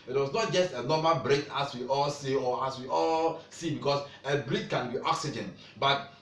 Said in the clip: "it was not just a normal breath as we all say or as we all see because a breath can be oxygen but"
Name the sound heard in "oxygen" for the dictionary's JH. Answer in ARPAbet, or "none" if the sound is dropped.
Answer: JH